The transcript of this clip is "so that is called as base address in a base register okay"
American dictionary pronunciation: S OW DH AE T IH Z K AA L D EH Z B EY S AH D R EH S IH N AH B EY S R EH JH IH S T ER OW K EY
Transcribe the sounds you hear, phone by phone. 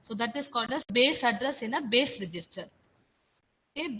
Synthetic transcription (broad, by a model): S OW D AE T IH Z K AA D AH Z B EY S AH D R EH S IH N AH B EY S R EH JH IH S T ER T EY